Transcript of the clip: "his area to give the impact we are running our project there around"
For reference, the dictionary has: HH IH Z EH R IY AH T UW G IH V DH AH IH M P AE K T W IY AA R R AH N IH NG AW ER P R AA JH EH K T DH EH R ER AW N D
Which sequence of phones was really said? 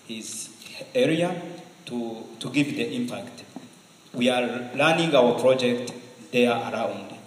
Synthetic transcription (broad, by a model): HH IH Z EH R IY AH T UW G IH V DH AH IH M P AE K T W IY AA L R N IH NG AW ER P R AA JH EH K T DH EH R AW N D